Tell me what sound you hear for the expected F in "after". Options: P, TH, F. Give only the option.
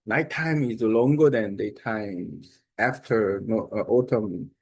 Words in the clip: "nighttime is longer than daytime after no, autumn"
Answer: F